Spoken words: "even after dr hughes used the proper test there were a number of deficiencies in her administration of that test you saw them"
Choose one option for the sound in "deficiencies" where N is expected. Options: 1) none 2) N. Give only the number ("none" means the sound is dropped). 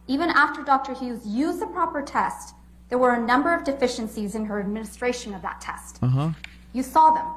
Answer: 2